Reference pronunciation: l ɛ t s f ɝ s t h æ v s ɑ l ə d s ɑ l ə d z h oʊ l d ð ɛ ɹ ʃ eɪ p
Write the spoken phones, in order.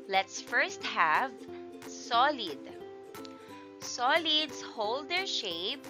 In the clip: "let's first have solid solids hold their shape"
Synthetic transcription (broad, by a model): l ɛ t s f ɝ s t h æ v s ɑ l ə d s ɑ l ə d s h oʊ l d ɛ ɹ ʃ eɪ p